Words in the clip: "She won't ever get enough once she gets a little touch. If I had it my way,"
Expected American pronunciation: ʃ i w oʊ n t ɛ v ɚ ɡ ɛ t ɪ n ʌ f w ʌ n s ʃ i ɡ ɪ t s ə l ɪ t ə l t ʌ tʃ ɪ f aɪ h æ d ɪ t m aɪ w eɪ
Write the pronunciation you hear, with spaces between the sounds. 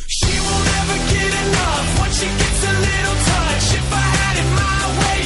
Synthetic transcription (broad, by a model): ʃ i w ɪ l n ɛ v ɚ ɡ ɛ t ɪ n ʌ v w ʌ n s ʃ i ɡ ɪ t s ə l ɪ t l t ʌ ʃ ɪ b aɪ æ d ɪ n m aɪ w eɪ